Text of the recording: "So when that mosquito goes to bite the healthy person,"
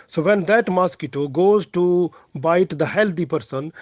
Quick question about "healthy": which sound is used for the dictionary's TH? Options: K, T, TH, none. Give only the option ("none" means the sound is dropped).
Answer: T